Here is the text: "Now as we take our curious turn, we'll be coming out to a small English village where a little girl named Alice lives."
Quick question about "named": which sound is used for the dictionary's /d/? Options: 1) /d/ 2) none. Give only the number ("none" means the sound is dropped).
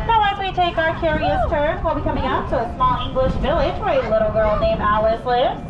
2